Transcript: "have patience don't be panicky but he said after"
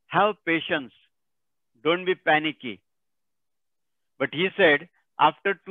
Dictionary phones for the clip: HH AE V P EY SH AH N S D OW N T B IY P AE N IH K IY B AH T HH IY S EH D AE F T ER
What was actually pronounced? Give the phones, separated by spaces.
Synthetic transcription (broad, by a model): HH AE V P EY SH AH N S D OW N T B IY P AE N IH K IY B AH T HH IY S EH D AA F T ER